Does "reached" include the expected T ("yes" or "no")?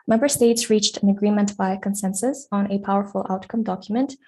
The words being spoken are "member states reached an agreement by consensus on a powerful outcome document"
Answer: yes